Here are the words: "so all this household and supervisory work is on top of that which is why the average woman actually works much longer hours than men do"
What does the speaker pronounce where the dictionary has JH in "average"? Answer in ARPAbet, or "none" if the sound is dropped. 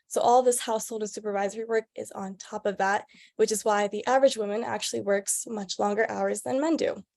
JH